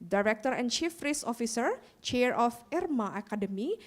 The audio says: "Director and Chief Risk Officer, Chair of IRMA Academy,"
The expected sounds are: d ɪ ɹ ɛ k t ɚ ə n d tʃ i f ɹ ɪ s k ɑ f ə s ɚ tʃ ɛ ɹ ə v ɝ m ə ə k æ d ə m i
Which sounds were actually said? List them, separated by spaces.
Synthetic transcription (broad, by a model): d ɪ ɹ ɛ k t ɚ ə n tʃ i f ɹ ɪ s ɑ f ə s ɚ tʃ ɛ ɹ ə f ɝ m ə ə k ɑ d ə m i